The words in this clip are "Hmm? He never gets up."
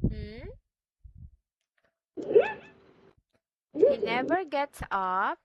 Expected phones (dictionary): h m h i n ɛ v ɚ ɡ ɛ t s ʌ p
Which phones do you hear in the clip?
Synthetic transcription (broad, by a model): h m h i n ɛ v ɚ ɡ ɛ t s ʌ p